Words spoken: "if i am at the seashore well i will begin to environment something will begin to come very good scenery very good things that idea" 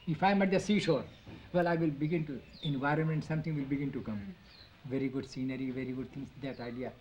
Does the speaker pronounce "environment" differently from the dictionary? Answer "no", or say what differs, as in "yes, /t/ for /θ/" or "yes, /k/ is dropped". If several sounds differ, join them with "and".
no